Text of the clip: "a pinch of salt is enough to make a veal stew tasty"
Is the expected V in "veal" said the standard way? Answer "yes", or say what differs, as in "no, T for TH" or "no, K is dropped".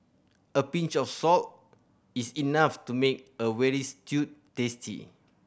no, W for V